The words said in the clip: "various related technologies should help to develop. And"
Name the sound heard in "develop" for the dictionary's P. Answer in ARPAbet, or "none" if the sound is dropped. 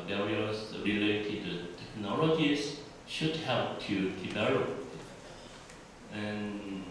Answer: none